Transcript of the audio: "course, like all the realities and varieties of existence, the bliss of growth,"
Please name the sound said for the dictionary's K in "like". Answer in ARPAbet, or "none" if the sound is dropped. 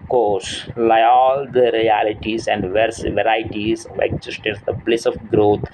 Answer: none